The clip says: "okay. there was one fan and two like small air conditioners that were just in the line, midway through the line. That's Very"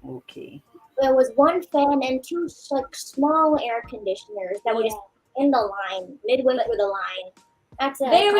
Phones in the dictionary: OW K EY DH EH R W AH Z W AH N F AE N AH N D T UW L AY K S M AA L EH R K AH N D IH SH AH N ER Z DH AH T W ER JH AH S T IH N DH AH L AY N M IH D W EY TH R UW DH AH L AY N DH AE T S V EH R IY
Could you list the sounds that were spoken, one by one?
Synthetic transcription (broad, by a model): OW K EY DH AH R W AH Z W AH N F AE N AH N T UW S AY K S M AA L EH R K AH N D IH SH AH N ER Z DH AH T W ER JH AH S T IH N DH AH L AY N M IH D W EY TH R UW DH AH L AY N DH AE T S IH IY